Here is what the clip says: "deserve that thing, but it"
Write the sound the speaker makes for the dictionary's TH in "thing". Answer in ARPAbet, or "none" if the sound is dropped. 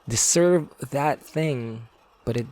TH